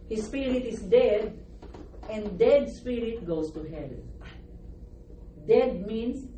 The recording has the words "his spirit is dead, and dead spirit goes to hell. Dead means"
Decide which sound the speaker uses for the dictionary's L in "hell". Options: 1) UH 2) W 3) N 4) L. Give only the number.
4